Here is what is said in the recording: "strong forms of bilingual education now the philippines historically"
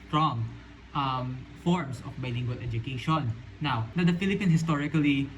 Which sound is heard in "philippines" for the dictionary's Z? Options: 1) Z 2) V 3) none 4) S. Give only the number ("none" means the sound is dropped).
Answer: 3